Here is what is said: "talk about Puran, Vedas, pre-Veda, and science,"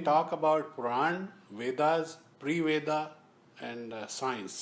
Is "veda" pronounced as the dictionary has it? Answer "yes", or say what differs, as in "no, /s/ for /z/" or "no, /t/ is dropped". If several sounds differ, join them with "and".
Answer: yes